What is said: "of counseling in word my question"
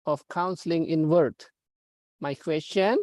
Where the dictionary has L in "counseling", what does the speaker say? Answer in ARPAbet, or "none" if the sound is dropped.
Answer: L